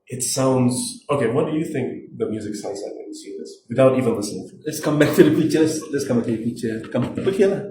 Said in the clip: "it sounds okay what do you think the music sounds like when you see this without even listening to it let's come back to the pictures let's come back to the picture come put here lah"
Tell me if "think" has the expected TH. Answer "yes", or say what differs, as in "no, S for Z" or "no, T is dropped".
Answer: yes